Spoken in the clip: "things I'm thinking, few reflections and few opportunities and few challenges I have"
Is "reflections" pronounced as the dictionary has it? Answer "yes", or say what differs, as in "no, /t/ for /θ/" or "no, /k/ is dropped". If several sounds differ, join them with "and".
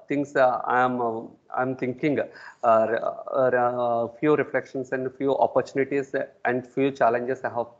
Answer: no, /s/ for /z/